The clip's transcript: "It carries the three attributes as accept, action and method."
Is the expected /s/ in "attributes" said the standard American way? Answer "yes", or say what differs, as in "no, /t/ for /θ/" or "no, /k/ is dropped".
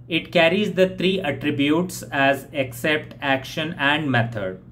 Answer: yes